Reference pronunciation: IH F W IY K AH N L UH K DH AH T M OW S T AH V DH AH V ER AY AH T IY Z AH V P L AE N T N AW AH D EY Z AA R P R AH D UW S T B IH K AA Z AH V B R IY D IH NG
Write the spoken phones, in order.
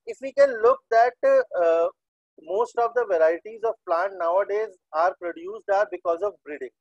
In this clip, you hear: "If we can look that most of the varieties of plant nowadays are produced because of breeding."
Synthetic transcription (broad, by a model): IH F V IY K AH N L UH K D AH T M OW S T AH V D AH V ER AY AH T IY Z AH V P L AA N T N AW AH D EY Z AA R P R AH D UW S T B IH K AA Z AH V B R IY D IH NG